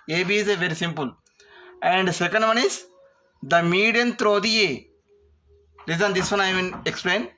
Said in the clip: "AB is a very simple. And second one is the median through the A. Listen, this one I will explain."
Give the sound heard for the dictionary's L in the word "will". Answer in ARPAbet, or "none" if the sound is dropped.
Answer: N